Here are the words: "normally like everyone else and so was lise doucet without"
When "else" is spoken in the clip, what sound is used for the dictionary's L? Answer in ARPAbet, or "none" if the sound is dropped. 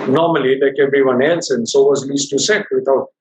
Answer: N